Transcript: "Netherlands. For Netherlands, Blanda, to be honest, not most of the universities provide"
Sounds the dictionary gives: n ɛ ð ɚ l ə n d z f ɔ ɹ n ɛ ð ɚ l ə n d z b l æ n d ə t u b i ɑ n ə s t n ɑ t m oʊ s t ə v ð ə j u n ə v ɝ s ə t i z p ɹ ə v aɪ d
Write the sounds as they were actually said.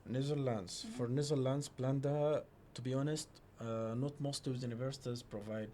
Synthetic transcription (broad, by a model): n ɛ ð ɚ l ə n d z f ɔ ɹ n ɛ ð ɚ l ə n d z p l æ n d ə t u b i ɑ n ə s t n ɑ t m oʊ s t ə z j u n ə v ɝ s ə t i z p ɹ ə v aɪ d